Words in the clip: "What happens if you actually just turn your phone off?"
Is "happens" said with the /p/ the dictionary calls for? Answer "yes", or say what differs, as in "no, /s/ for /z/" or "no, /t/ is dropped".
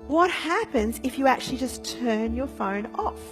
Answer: yes